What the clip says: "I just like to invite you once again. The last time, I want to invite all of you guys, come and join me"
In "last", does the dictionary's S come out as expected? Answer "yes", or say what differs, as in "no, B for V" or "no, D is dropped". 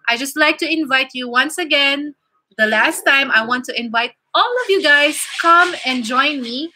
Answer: yes